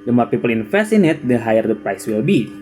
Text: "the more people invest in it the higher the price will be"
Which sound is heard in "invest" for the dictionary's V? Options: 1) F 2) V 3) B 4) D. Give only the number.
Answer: 1